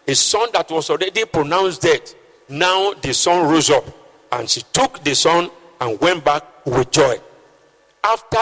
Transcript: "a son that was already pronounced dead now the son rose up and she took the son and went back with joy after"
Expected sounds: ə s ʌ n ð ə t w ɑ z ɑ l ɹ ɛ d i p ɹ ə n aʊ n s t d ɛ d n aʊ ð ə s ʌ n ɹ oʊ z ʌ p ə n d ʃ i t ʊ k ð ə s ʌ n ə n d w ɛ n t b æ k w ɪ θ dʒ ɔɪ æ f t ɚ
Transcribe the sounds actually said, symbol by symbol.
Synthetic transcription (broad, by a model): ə s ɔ n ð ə t w ɑ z ɑ l ɹ ɛ d i p ɹ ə n aʊ n s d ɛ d n aʊ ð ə s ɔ n ɹ oʊ z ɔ p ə n ʃ i t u k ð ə s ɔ n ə n w ɛ n t b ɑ k w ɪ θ dʒ ɔɪ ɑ f t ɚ